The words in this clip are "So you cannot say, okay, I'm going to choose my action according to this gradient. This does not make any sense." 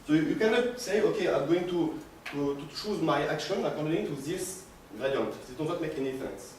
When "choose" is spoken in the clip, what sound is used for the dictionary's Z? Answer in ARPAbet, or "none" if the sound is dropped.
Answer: Z